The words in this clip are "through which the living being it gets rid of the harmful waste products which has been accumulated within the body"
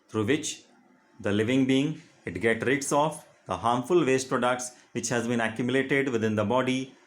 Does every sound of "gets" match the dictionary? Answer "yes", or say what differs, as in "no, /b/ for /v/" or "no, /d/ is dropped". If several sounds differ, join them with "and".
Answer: no, /s/ is dropped